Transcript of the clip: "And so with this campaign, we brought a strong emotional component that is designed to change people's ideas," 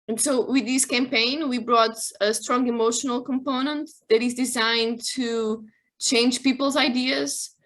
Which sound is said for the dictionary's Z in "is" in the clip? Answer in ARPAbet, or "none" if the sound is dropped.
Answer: Z